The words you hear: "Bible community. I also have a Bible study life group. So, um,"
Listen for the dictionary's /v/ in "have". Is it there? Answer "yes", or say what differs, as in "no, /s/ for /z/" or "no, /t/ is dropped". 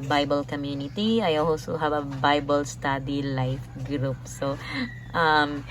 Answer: no, /b/ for /v/